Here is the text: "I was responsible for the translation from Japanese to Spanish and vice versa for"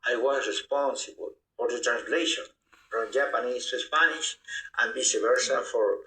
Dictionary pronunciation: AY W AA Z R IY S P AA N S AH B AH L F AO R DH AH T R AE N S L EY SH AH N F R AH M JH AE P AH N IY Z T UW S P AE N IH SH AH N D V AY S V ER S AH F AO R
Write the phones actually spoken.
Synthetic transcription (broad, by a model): AY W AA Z R IY S P AA N S AH B AH L F AO R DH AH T R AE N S L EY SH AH N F R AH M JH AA P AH N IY S T UW S P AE N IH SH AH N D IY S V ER S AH F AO R